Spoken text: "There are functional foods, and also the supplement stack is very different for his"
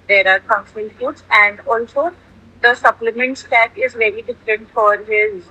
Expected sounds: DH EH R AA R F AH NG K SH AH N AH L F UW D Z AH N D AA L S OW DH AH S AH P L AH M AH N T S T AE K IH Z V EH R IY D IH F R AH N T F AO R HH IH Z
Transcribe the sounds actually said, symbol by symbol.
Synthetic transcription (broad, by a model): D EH R AA R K AH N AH N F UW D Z AH N D AA L S OW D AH S AH P L AH M AH N T S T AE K IH Z V EH R IY D IH F R AH N T F AO R HH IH Z